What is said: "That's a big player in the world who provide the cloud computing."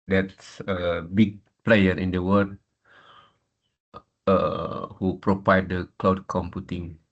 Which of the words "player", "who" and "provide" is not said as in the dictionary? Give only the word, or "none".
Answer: provide